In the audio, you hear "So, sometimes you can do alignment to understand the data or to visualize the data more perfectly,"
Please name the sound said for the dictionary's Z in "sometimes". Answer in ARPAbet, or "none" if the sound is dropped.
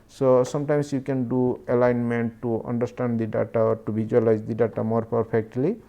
S